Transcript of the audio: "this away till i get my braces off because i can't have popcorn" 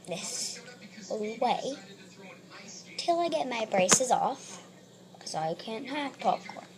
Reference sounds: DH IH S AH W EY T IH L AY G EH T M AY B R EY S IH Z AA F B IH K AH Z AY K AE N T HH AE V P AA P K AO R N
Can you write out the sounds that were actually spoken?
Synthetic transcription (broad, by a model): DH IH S AH W EY T IH L AY G EH T M AY B R EY S IH Z AA F K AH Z AY K AE N T HH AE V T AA P K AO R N